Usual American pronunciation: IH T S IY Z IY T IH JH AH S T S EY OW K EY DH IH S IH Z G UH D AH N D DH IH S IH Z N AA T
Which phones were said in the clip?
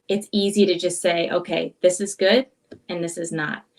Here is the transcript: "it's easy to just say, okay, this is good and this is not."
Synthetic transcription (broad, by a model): IH T S IY Z IY T IH JH AH S T S EY OW K EY DH IH S IH Z G UH D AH N DH IH S IH Z N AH T